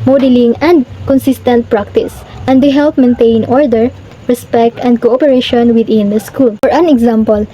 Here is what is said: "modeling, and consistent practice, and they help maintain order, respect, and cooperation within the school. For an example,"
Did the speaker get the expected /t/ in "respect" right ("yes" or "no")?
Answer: yes